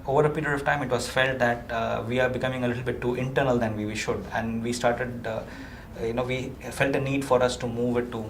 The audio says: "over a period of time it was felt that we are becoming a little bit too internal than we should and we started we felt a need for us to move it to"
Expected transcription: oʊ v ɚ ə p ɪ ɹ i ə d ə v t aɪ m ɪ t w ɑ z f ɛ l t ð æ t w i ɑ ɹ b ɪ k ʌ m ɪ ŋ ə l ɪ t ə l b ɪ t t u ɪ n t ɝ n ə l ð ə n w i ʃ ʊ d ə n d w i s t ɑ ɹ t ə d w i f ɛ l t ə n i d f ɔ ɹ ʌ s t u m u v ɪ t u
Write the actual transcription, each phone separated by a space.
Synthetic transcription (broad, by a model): oʊ v ɚ ə p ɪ ɹ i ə d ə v t aɪ m ɪ t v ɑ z f ɛ l t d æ t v i ɑ ɹ b ɪ k ʌ m ɪ ŋ ə l ɪ t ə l b ɪ t t ɪ n t ɝ n ə l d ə n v i ʃ ʊ d ə n d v i s t ɑ ɹ t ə d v i f ɛ l t ə n i d f ɔ ɹ ʌ s t u m u v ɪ t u